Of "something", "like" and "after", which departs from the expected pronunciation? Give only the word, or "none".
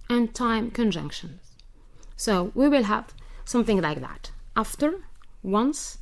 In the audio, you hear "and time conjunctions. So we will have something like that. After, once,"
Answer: none